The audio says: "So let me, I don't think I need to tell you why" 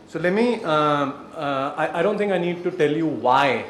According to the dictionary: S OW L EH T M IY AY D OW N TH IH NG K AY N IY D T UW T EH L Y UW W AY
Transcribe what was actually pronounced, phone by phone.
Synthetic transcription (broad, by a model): S OW L EH T M IY AY D OW N T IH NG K AY N IY D T UW T EH L Y UW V AY